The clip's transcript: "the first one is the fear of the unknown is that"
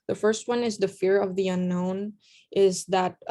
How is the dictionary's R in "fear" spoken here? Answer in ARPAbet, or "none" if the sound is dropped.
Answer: R